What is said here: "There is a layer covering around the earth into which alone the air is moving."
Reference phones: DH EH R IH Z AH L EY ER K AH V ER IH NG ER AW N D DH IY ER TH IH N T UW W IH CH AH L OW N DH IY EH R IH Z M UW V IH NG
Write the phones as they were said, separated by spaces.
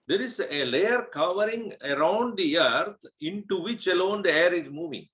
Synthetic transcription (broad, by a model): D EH R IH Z AH L EY ER K AH V ER IH NG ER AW N D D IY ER T IH N T UW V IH CH AH L OW N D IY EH R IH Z M UW V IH NG